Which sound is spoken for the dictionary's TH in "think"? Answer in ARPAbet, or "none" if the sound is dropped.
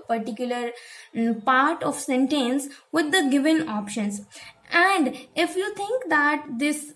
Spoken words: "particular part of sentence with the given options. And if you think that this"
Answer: T